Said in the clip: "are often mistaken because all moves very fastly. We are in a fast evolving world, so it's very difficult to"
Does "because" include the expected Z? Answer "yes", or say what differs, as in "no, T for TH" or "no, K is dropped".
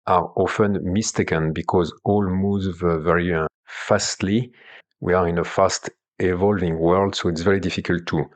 yes